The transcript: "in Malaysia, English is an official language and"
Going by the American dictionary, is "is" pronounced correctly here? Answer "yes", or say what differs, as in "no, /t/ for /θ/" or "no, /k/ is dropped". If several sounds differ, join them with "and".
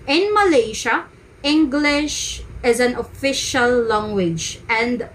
yes